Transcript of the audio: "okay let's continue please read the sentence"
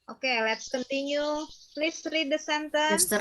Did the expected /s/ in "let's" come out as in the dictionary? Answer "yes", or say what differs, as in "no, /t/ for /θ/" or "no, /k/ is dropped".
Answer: yes